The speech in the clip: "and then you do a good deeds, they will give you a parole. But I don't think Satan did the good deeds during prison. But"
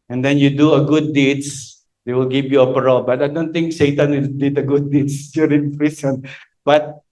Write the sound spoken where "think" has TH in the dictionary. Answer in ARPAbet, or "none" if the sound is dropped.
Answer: T